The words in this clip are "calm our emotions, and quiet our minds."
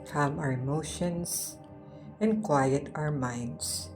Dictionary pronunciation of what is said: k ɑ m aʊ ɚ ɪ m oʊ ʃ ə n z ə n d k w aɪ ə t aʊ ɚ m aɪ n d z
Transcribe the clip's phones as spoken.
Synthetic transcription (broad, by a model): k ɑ m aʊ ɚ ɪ m oʊ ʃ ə n s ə n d k w aɪ ə t aʊ ɚ m aɪ n d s